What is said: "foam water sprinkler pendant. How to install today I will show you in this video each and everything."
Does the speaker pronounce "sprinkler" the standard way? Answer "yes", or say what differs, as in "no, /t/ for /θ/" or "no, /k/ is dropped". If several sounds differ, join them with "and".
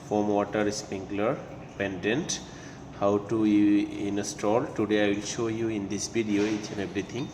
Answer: no, /ɹ/ is dropped